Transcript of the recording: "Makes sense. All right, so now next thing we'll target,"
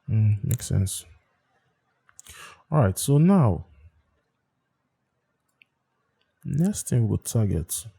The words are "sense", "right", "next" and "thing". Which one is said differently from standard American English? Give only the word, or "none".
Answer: thing